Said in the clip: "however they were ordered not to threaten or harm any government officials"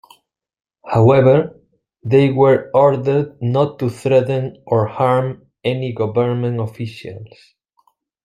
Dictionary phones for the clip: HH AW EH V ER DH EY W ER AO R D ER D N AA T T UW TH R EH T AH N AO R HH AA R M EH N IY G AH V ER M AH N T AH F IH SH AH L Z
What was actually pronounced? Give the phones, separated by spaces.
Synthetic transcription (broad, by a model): HH AW EH V ER DH EY W ER AO R D ER D N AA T T UW TH R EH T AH N AO R HH AA R M EH N IY G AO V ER M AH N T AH F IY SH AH L S